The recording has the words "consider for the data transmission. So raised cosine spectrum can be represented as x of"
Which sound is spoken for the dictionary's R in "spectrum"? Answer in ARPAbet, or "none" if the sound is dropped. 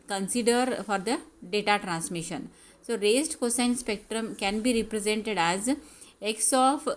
R